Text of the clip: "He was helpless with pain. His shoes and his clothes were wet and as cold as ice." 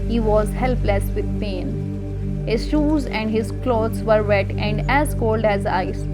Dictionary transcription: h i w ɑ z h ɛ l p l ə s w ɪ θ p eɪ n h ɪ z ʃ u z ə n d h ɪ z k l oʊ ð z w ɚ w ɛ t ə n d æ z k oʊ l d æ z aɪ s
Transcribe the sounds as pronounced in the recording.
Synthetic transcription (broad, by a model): h i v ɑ z h ɛ l p l ə s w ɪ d p eɪ n h ɪ z ʃ u z ə n d h ɪ z k l oʊ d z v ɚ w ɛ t ə n d æ z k oʊ l d æ z aɪ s